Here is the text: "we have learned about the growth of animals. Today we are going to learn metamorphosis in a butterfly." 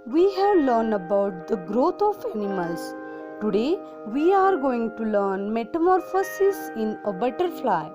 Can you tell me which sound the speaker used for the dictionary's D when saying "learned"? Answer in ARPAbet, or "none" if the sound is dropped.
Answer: D